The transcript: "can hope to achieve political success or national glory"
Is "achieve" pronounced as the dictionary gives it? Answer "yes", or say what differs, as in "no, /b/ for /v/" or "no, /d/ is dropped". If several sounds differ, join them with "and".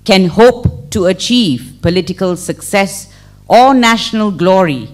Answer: yes